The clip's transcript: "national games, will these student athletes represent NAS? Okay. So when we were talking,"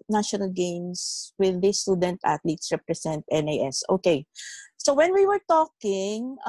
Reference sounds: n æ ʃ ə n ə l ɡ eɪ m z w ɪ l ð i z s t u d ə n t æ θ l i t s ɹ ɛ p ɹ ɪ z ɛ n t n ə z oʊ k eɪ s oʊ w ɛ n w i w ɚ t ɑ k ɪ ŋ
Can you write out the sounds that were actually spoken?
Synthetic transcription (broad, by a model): n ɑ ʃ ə n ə l ɡ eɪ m s w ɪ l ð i s t u d ə n t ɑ t l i t s ɹ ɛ p ɹ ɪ s ɛ n t n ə s oʊ k eɪ s oʊ w ɛ n w i w ɚ t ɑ k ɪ ŋ